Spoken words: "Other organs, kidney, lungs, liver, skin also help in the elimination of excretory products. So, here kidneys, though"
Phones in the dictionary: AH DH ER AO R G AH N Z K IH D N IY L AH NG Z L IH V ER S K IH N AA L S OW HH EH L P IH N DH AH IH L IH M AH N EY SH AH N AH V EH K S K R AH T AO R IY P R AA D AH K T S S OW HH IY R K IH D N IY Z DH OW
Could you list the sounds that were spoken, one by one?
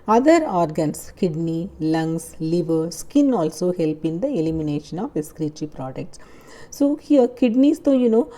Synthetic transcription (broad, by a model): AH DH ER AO R G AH N S K IH D N IY L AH NG S L IH V ER S K IH N AA L S OW HH EH L P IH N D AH IH L IH M AH N EY SH AH N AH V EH S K R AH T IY P R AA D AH K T S S OW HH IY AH K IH D N IY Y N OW